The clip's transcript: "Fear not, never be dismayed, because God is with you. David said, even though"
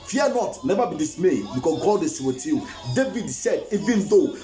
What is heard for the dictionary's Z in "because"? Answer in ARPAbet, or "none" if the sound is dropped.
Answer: none